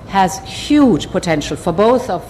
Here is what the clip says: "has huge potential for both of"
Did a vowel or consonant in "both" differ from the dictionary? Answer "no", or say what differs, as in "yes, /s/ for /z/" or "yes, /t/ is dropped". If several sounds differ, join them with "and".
no